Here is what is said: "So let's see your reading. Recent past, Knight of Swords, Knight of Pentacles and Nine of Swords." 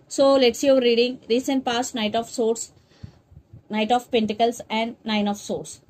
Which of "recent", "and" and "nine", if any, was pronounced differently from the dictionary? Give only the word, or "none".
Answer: none